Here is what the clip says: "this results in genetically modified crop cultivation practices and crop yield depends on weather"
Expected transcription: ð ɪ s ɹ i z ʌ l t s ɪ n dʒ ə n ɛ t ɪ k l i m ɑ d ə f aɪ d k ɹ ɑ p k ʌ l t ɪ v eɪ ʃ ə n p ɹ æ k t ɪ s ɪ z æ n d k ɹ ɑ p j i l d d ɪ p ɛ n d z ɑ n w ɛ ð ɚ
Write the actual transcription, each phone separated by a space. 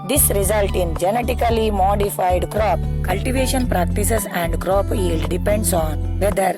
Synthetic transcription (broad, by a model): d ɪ s ɹ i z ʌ l t ɪ n dʒ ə n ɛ t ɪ k l i m ɑ d ə f aɪ d k ɹ ɑ p k ʌ l t ɪ v eɪ ʃ ə n p ɹ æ k t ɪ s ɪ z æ n d k ɹ ɑ p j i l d d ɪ p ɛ n d s ɑ n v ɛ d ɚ